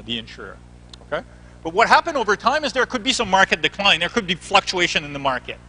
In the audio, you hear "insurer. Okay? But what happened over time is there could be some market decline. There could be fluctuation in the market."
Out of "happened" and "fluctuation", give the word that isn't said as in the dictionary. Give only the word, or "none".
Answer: none